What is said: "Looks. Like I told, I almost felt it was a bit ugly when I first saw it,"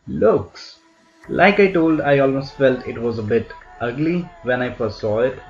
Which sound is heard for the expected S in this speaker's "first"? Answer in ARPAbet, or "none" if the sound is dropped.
none